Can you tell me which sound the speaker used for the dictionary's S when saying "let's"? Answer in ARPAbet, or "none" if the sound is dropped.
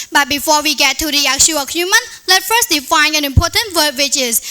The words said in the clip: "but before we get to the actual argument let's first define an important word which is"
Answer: none